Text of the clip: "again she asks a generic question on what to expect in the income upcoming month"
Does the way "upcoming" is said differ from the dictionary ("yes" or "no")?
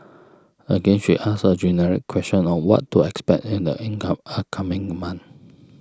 yes